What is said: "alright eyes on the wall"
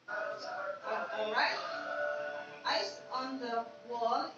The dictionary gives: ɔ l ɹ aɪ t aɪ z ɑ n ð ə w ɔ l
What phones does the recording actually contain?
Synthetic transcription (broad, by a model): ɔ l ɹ aɪ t aɪ s ɑ n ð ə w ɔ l